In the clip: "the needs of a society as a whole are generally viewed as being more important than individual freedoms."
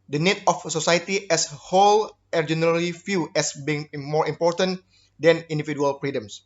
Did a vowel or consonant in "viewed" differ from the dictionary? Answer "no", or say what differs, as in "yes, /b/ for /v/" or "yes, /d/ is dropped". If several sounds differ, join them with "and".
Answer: yes, /f/ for /v/ and /d/ is dropped